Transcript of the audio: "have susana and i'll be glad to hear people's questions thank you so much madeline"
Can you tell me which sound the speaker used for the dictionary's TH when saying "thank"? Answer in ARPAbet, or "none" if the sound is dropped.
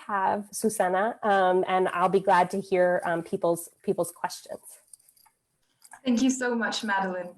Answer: TH